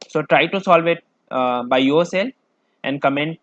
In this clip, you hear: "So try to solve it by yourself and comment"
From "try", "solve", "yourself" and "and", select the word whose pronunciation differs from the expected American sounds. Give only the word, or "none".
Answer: none